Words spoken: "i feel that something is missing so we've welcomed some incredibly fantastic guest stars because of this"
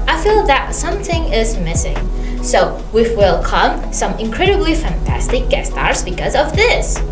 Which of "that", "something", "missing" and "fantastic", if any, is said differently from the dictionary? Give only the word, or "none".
none